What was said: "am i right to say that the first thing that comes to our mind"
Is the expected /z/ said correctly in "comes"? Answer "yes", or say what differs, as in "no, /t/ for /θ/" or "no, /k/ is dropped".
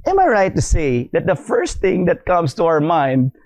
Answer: no, /s/ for /z/